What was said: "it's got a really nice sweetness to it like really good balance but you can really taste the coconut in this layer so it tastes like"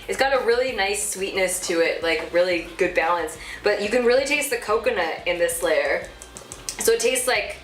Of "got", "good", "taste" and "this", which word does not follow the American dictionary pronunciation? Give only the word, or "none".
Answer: none